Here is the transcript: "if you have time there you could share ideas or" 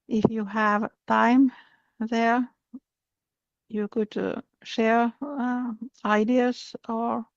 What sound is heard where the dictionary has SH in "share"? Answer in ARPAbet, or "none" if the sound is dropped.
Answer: SH